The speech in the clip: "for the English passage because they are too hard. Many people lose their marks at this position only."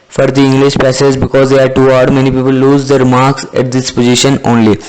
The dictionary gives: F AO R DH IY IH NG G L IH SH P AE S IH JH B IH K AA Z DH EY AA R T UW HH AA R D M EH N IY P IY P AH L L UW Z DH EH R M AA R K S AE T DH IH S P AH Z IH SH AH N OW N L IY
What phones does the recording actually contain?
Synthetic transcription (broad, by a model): F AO R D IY IH NG G L IH SH P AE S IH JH B IH K AA Z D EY AA R T UW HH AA D M EH N IY P IY P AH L L UW Z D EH R M AA R K S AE T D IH S P AH Z IH SH AH N OW N L IY